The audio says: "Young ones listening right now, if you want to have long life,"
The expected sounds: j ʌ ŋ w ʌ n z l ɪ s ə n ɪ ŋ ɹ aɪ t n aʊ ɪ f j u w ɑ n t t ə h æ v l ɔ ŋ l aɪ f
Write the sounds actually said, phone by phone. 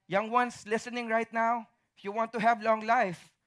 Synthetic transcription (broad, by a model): j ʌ ŋ w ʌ n s l ɪ s ə n ɪ ŋ ɹ aɪ t n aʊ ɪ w j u w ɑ n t t ə h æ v l ɔ ŋ l aɪ f